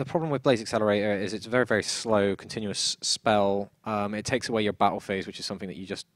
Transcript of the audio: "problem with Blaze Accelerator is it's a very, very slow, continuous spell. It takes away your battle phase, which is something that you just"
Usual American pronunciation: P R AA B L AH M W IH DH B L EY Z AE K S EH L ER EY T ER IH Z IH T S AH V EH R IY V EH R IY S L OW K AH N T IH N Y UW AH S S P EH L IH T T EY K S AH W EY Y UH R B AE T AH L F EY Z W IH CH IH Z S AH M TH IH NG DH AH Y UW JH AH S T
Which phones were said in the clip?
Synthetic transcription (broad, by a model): P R AA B L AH M W IH DH B L EY Z AE K S EH L ER EY T ER IH Z IH T S AH V EH R IY V EH R IY S L OW K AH N T IH N Y UW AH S S P EH L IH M T EY K S AH W EY Y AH R B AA T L F EY Z W IH CH IH Z S AH M TH IH NG DH AH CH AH JH AH S T